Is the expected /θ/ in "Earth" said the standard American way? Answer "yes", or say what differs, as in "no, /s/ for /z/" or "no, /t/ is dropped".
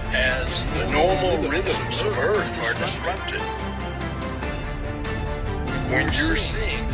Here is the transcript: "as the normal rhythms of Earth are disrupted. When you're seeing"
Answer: yes